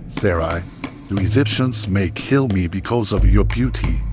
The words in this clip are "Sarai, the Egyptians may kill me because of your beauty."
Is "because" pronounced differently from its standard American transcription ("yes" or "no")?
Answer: no